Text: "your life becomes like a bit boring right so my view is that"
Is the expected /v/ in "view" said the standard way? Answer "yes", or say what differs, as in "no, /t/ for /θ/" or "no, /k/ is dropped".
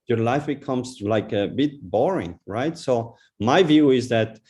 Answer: yes